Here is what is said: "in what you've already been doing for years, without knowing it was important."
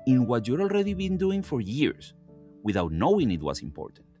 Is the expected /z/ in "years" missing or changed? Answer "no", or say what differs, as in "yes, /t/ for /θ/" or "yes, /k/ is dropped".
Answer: yes, /s/ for /z/